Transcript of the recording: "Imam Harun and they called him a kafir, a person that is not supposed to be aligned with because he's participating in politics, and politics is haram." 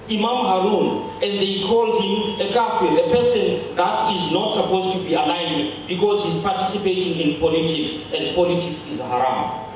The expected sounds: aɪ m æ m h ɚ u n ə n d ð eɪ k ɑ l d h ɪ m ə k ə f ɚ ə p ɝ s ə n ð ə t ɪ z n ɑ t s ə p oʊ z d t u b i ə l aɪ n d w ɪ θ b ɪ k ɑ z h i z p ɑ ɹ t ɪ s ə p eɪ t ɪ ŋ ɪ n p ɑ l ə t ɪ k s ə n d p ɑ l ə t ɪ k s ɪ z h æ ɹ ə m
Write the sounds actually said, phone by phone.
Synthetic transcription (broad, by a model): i m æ m h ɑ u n ə n d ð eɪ k ɑ l d h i m ə k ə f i ə p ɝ s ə n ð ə t ɪ z n ɑ t s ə p oʊ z t u b i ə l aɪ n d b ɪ k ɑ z h i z p ɑ t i s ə p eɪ t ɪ ŋ ɪ n p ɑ l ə t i k s ə n d p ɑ l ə t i k s ɪ z h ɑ ɹ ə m